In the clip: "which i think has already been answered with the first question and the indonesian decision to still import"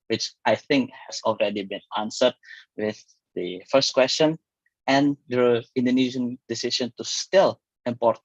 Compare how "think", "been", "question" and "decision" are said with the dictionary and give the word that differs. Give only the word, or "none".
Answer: decision